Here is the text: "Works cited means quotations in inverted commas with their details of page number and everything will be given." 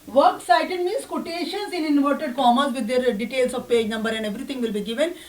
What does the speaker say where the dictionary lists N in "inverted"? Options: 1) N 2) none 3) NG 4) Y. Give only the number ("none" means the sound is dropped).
1